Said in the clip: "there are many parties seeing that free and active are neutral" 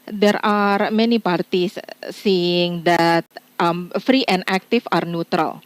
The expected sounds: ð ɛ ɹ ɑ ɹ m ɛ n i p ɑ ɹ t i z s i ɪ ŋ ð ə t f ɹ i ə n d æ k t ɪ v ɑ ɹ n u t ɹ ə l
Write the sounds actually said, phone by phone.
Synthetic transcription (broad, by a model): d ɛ ɹ ɑ ɹ m ɛ n i p ɑ ɹ t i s s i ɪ ŋ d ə t f ɹ i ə n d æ k t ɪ f ɑ ɹ n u t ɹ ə l